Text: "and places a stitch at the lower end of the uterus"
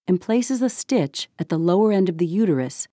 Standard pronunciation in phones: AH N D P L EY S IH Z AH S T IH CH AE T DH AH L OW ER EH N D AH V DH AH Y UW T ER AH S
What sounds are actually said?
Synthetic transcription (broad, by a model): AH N P L EY S IH Z AH S T IH CH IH T DH AH L OW ER EH N D AH V DH AH Y UW T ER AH S